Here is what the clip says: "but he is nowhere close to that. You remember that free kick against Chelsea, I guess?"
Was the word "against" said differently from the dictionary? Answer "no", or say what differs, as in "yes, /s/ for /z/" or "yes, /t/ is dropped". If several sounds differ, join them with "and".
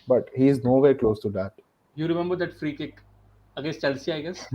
yes, /n/ is dropped